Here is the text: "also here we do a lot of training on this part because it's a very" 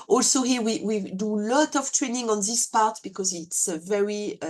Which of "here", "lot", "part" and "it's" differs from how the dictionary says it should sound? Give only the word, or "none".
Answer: here